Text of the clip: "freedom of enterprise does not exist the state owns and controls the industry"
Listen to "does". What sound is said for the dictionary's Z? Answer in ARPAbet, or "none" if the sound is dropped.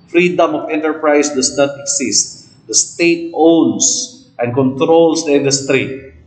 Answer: S